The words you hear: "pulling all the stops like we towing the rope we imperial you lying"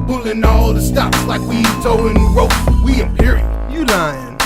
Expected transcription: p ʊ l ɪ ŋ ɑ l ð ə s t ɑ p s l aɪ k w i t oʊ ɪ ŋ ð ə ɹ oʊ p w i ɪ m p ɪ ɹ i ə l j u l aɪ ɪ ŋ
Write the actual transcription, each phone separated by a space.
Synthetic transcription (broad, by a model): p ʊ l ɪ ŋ ɑ l ð ə s t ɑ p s l aɪ k w i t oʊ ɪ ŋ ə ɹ oʊ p w i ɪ p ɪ ɹ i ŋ j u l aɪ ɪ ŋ